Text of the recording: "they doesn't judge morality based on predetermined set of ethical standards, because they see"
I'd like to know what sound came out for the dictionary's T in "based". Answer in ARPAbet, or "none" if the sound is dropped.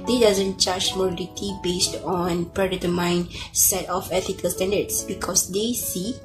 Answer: T